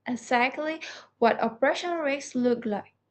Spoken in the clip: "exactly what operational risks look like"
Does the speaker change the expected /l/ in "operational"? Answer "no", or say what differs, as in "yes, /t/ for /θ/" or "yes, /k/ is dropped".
yes, /n/ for /l/